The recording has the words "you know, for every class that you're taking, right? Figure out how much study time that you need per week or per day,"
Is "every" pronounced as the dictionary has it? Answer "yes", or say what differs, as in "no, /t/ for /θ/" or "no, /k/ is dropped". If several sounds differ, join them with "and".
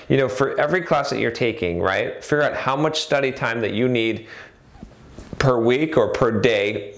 yes